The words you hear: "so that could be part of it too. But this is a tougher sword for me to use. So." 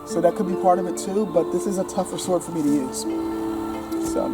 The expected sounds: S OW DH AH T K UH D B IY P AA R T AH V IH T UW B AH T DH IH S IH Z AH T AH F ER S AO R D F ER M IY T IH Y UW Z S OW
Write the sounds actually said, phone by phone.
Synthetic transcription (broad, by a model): S OW DH AH T K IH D B IY P AA R T AH V IH T UW B AH T DH IH S IH Z AH T AH F ER S AO R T F ER M IY T IH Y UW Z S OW